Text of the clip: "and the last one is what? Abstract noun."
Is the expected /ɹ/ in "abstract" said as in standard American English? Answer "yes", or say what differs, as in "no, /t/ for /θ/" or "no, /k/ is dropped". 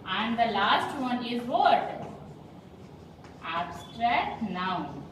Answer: yes